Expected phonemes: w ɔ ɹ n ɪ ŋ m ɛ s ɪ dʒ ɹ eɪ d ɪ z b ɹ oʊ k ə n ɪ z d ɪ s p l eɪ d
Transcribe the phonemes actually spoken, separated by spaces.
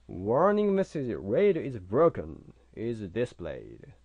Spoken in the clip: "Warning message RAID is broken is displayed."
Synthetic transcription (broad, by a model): w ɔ ɹ n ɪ ŋ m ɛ s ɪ z ɹ eɪ d ɪ z b ɹ oʊ k ə n ɪ z d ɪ s p l eɪ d